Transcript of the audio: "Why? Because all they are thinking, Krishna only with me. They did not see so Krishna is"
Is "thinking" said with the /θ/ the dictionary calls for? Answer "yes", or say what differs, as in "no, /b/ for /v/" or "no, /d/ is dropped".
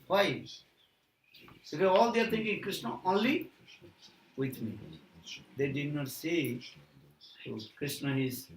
no, /t/ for /θ/